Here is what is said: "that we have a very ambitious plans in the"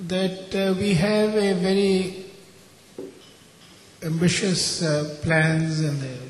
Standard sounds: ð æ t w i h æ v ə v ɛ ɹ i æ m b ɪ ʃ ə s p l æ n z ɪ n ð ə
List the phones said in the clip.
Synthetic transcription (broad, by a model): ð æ t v i h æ v ə v ɛ ɹ i æ m b ɪ ʃ ə s p l æ n z ɪ n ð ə